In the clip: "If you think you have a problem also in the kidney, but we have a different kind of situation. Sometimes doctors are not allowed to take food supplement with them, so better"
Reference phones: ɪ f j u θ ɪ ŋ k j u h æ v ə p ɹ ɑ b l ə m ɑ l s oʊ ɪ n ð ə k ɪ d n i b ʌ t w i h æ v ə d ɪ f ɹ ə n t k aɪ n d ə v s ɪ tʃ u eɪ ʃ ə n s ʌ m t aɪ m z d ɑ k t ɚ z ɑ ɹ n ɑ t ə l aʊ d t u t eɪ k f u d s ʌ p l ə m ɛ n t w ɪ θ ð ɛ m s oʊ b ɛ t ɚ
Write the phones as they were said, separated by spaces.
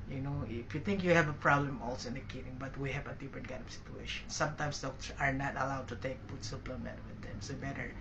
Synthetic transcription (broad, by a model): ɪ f j u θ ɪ ŋ k j u h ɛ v ə p ɹ ɑ b l ə m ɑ l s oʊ ɪ n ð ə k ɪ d i b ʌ t w i h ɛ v ə d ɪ f ɹ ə n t k aɪ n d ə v s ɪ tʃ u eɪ ʃ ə n s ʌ m t aɪ m s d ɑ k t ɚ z ɑ ɹ n ɑ t ə l aʊ d t u t eɪ k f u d s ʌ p l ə m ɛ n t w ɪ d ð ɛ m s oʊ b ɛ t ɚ